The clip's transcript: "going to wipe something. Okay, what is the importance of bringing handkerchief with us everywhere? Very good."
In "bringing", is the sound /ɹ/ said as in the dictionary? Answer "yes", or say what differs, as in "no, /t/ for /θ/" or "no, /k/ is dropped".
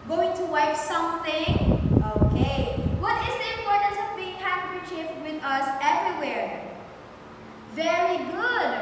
no, /ɹ/ is dropped